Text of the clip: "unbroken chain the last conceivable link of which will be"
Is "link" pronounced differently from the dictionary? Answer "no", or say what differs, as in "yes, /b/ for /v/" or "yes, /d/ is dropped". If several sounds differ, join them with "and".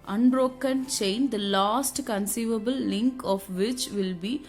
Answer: no